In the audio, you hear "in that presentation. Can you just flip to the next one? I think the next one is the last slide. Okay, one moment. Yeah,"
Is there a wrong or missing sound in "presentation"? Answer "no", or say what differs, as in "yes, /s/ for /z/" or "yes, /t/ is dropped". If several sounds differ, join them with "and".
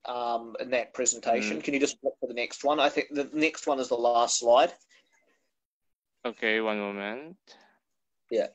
no